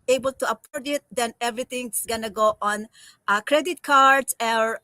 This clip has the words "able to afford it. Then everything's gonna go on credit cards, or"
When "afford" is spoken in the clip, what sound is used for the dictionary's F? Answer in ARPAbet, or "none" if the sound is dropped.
P